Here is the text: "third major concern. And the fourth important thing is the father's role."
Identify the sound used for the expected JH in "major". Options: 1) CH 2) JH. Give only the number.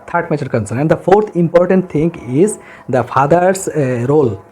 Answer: 1